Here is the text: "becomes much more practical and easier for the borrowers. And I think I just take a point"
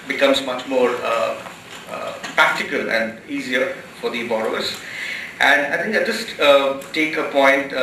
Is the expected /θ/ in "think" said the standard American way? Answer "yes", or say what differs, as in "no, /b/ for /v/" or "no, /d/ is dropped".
no, /t/ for /θ/